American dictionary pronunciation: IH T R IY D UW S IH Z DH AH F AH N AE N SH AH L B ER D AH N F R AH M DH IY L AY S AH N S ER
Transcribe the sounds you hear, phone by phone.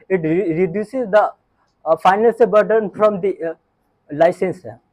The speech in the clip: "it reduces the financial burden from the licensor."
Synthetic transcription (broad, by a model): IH T R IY D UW S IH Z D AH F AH IH N AH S B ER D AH N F R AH M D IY L AY S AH N S